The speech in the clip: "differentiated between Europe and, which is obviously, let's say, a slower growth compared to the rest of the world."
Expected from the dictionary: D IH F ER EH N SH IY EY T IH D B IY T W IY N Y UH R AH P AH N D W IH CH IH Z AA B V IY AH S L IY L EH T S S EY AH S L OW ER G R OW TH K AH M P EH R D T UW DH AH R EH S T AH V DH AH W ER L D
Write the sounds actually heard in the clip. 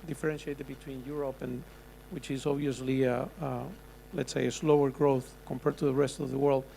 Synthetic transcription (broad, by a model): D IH F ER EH N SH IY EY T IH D B IY T W IY N Y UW R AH P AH N W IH CH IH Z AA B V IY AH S L IY L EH T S S EY AH S L OW ER G R OW TH K AH M P EH R D T UW DH AH R EH S T AH V DH AH W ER L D